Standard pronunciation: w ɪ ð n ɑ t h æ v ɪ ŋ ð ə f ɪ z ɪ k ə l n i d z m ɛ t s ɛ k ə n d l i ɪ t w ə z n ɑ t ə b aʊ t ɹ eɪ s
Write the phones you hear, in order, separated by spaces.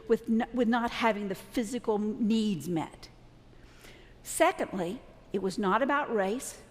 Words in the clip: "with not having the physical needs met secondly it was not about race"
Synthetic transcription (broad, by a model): w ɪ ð n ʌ t h æ v ɪ ŋ ð ə f ɪ z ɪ k l n i d z m ɛ t s ɛ k ə n d l i ɪ t w ə z n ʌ t ə b aʊ t ɹ eɪ s